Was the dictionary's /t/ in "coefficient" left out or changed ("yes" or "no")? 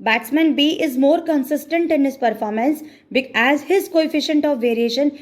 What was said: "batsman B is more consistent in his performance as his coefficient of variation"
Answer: no